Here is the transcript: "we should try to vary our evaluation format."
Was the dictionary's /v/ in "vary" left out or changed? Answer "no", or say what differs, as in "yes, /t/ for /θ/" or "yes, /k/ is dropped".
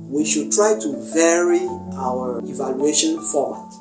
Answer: no